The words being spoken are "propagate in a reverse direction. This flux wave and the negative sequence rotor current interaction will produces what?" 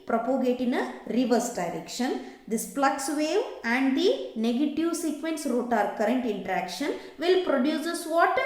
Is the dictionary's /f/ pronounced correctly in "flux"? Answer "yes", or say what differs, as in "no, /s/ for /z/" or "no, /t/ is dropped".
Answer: no, /p/ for /f/